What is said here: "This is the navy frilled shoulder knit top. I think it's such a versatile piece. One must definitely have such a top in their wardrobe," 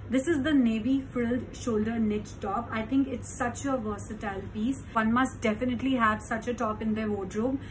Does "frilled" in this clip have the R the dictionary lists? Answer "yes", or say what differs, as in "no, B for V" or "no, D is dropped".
no, R is dropped